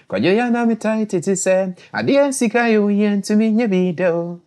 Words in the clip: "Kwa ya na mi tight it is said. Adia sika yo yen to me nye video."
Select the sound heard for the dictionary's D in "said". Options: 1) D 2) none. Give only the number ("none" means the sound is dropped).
2